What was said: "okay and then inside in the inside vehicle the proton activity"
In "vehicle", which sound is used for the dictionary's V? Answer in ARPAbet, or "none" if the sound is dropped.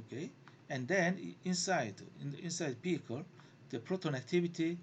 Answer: P